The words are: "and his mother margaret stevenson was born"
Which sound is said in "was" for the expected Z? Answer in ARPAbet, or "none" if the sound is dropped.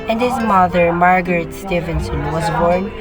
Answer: Z